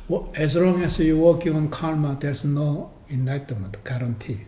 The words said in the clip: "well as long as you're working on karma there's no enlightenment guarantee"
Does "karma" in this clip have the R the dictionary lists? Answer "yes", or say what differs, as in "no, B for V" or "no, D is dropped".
no, L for R